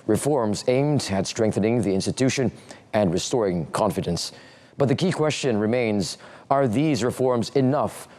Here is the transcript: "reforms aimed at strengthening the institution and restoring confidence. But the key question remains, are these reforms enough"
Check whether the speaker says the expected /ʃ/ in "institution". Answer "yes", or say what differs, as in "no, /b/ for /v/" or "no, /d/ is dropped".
yes